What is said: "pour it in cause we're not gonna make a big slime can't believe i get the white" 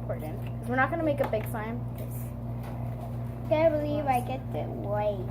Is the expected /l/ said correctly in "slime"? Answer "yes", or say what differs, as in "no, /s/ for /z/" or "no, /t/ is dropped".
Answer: no, /l/ is dropped